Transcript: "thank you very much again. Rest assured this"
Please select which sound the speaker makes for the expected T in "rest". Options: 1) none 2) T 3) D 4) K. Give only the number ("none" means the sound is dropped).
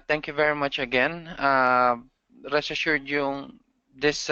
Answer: 1